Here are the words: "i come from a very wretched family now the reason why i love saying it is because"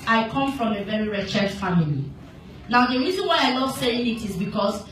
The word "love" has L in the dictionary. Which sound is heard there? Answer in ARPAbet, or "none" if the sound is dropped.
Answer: N